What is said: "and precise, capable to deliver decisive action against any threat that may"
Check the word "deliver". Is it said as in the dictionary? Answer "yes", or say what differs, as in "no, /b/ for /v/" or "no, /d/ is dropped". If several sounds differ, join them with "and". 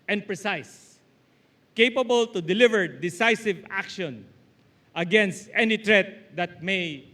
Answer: yes